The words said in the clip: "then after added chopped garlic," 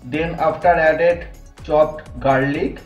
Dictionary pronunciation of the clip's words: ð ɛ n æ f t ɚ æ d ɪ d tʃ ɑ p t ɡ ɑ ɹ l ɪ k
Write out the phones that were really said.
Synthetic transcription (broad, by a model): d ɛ n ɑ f t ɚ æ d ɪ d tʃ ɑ t ɡ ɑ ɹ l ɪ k